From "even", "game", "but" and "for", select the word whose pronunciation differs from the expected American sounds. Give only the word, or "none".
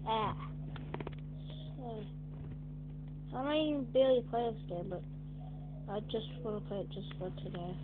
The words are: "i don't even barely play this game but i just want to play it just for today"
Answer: even